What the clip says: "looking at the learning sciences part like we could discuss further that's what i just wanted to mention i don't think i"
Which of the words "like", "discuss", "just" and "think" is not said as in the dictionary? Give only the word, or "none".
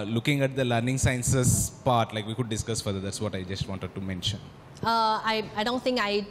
think